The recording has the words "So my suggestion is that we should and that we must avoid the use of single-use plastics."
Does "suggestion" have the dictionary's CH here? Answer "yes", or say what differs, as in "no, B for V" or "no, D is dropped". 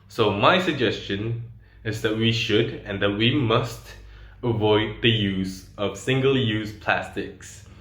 yes